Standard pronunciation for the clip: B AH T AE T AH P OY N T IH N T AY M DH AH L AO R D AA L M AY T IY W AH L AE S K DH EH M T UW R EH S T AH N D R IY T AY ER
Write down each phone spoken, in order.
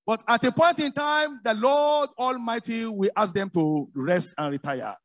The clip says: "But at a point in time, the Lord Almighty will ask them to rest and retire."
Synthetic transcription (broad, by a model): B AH T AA T AH P OY N T IH N T AY M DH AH L AO D AA L M AY T IY W AH L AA S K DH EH M T UW R EH S T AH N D R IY T AY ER